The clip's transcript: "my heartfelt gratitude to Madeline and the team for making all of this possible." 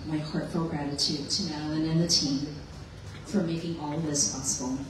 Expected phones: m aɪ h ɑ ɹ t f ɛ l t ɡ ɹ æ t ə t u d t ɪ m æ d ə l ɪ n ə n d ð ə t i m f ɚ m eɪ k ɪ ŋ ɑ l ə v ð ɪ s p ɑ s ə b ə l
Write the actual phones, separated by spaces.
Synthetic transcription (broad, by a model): m aɪ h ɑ ɹ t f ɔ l ɡ ɹ æ t ə t u d t ɪ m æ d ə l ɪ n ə n ð ə t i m f ɚ m eɪ k ɪ ŋ ɑ l ð ɪ s p ɑ s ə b l